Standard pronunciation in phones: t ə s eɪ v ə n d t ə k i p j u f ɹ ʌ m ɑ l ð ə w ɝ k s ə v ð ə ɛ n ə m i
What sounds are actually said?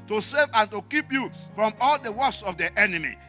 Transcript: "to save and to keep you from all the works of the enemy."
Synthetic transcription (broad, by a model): t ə s eɪ v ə n t ə k i p j u f ɹ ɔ m ɑ l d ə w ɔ s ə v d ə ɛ n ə m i